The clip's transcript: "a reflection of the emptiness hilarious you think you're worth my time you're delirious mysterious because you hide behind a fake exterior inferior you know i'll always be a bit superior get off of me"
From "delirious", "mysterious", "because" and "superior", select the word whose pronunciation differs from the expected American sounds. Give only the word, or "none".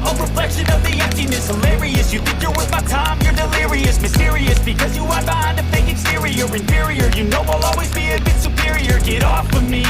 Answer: none